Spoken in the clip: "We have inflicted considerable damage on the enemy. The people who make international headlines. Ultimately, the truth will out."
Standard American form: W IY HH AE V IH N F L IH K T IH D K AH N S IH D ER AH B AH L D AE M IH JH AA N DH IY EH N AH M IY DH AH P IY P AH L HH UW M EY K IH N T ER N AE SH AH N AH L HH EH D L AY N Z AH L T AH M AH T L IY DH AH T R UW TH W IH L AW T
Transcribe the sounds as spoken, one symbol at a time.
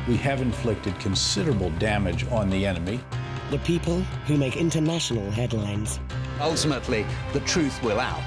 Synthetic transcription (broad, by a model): W IY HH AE V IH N F L IH K T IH D K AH N S IH D ER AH B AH L D AE M IH JH N DH IY EH N AH M IY DH AH P IY P AH L HH UW M EY K IH N T ER N AE SH AH N AH L HH EH D L AY N Z AH L T AH M AH T L IY DH AH T R UW TH W IH L AW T